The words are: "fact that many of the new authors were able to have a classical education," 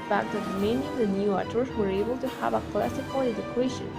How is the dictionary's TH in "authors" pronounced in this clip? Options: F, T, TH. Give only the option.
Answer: T